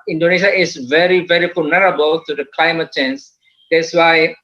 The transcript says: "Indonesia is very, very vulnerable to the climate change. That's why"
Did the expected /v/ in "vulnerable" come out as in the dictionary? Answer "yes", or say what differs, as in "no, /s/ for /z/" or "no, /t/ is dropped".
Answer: no, /f/ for /v/